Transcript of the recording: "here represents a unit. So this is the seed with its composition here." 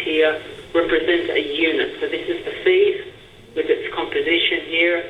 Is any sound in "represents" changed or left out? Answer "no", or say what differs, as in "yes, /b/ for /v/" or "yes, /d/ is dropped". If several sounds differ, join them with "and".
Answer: yes, /s/ is dropped